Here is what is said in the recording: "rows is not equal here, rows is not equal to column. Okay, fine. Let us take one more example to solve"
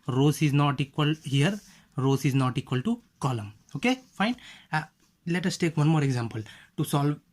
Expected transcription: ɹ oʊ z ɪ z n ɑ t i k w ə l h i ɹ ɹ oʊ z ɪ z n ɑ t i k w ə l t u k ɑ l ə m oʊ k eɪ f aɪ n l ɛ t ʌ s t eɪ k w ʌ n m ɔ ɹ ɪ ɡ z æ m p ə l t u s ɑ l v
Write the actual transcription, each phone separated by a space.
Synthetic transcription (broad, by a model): ɹ oʊ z ɪ z n ɑ t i k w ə l h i ɹ ɹ oʊ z ɪ z n ɑ t i k w ə l t u k ɑ l ə m oʊ k eɪ f aɪ n l ɛ t ʌ s t eɪ k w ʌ n m ɔ ɹ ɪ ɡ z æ m p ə l t u s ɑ l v